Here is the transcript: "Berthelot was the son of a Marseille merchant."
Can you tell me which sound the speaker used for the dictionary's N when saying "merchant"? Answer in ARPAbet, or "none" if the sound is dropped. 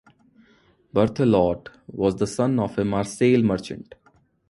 N